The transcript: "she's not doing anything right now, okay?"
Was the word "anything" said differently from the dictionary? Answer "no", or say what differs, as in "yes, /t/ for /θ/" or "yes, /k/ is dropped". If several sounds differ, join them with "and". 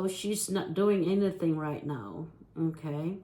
no